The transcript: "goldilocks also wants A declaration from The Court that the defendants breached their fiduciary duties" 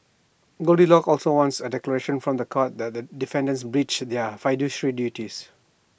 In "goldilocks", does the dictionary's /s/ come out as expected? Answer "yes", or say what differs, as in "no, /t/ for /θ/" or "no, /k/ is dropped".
no, /s/ is dropped